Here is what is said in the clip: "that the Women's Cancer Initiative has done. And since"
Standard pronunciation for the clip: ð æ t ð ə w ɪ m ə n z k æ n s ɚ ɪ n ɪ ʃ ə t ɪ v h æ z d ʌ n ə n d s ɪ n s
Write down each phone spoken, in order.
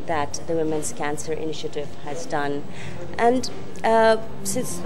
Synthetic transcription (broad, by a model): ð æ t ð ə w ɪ m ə n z k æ n s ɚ ɪ n ɪ ʃ ə t ɪ v h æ z d ʌ n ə n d s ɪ n s